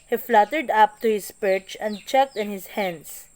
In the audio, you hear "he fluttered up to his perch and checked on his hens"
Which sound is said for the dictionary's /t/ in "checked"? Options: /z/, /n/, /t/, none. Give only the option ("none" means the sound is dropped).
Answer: /t/